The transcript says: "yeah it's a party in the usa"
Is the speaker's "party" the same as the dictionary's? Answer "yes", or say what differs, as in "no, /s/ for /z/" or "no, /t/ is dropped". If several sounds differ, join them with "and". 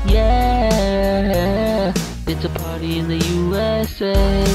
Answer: yes